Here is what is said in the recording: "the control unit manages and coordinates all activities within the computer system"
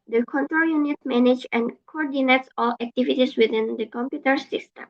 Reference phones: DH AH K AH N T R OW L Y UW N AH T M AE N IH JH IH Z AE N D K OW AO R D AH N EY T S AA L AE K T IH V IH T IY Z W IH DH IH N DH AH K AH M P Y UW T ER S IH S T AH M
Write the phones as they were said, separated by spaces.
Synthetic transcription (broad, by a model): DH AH K AH N T R OW L Y UW N AH T M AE N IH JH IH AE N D K OW AO R D AH N EY T S AA L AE K T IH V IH T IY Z W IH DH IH N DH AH K AH M P Y UW T ER S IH S T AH M